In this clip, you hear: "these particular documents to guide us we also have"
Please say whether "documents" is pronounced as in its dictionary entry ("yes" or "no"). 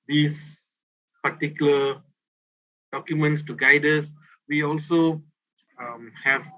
yes